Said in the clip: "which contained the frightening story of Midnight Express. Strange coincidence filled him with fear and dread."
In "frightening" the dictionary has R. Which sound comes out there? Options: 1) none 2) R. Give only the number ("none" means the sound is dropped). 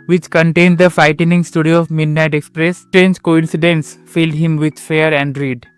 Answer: 1